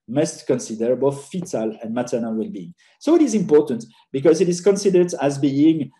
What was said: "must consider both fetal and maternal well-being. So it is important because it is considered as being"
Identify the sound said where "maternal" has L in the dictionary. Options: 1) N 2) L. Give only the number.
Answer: 2